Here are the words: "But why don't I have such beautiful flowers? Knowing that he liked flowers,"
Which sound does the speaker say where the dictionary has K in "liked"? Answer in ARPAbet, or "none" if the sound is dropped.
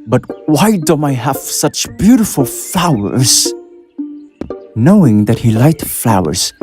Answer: none